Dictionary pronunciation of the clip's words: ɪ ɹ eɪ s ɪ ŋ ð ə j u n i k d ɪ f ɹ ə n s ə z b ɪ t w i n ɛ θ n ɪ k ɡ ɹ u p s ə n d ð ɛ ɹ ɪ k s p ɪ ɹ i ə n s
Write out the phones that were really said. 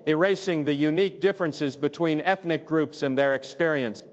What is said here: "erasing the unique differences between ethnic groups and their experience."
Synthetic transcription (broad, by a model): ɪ ɹ eɪ s ɪ ŋ ð ə j u n i k d ɪ f ɹ ə n s ə z b ɪ t w i n ɛ θ n ɪ k ɡ ɹ u p s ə n ð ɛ ɹ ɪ k s p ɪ ɹ i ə n s